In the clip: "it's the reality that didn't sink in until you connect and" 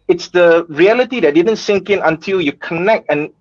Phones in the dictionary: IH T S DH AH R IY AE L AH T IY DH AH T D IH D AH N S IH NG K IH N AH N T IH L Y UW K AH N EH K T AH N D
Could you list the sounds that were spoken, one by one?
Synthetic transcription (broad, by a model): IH T S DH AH R IY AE L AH T IY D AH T D IH D AH N S IH NG K IH N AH N T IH L Y UW K AH N EH K T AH N